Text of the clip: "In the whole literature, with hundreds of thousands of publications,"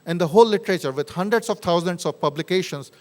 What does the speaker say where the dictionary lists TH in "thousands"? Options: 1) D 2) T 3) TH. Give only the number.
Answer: 2